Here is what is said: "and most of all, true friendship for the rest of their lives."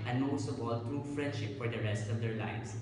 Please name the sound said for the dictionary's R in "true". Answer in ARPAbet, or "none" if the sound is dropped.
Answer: R